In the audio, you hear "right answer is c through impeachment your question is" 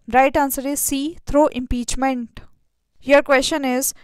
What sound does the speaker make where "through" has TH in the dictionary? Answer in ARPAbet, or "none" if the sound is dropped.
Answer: T